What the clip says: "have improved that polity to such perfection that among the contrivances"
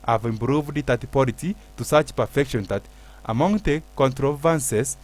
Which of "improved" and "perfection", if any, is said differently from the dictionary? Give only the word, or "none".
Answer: none